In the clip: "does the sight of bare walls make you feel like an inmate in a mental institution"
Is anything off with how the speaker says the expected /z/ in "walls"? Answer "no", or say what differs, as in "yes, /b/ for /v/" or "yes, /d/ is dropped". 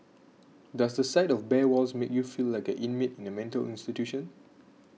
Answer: yes, /s/ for /z/